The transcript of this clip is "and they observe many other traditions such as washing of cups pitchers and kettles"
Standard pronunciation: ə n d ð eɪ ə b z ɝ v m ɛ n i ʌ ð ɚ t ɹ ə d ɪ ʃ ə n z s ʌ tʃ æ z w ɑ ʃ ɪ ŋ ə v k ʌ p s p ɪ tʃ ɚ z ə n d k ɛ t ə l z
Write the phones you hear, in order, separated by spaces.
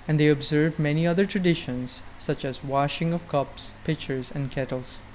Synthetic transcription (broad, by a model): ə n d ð eɪ ə b z ɝ v m ɛ n i ʌ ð ɚ t ɹ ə d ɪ ʃ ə n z s ʌ tʃ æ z w ɑ ʃ ɪ ŋ ə v k ʌ p s p ɪ tʃ ɚ z ə n d k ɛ t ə l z